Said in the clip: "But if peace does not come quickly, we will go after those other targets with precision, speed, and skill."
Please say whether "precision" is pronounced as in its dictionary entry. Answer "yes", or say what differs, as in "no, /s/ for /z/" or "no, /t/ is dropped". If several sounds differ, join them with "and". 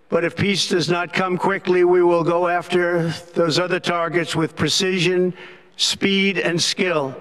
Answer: yes